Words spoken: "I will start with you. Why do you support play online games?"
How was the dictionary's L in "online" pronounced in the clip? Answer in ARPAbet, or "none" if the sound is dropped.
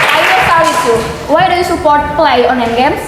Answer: none